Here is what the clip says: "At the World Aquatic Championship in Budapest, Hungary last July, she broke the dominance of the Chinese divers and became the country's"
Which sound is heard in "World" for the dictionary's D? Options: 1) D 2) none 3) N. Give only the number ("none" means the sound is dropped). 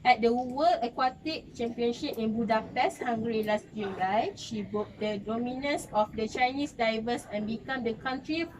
2